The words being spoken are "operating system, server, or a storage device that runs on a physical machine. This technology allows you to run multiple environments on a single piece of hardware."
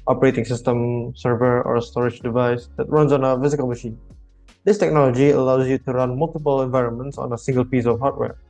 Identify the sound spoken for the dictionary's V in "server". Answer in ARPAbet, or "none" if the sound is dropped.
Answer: V